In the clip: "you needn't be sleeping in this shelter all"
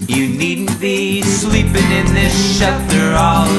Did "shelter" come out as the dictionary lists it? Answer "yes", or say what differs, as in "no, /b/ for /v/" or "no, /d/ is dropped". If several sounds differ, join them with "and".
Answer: no, /l/ is dropped